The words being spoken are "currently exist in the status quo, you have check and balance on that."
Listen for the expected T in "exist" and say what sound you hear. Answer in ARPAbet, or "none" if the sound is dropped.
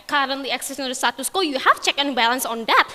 none